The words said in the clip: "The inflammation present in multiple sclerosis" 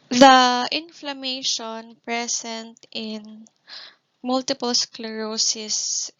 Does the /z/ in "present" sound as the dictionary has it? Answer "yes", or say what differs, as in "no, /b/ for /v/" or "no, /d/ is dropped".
no, /s/ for /z/